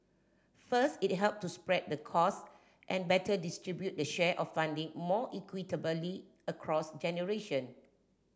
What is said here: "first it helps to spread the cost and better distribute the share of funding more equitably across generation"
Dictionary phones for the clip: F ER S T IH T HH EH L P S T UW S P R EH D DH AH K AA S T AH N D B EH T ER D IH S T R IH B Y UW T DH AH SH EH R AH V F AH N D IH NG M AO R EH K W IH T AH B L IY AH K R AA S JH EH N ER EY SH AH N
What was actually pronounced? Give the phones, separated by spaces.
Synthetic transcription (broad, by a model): F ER S T IH T HH EH L P T UW S P R EH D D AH K AA S T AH N B EH T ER D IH S T R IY B Y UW T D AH SH EH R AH F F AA N D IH NG M AO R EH K W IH T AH B L IY AH K R AA S JH EH N ER EY SH AH N